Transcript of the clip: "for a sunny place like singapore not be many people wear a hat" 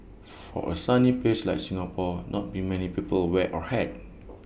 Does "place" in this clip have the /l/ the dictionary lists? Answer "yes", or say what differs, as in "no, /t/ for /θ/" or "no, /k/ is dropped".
no, /l/ is dropped